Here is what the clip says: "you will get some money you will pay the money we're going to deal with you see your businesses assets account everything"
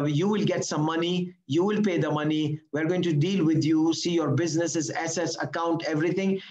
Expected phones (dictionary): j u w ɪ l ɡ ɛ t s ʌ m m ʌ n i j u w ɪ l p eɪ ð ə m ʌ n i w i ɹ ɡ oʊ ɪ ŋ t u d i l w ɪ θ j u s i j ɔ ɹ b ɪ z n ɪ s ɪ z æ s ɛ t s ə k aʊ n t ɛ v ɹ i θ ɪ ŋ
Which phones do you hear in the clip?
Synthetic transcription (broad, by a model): j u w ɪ l ɡ ɛ t s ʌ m m ʌ n i j u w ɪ l p eɪ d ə m ʌ n i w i ɹ ɡ oʊ ɪ ŋ t u d i l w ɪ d j u s i j ɔ ɹ b ɪ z n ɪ s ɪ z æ s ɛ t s ə k aʊ n t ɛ v ɹ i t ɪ ŋ